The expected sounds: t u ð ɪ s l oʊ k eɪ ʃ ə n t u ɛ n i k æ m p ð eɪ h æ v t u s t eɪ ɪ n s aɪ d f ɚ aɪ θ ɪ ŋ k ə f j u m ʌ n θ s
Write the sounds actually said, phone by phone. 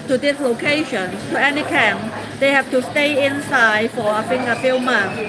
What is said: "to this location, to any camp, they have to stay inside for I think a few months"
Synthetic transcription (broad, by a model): t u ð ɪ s l oʊ k eɪ ʃ ə n t u ɛ n i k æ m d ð eɪ h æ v t u s t eɪ ɪ n s aɪ d f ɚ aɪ f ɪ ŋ ə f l m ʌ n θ